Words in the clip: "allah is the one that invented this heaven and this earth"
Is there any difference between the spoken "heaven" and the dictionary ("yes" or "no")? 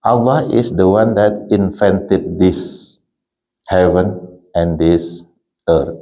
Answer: no